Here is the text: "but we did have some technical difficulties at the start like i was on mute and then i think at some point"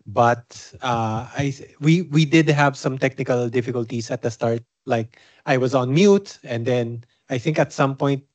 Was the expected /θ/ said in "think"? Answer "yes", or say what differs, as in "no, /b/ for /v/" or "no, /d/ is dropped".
yes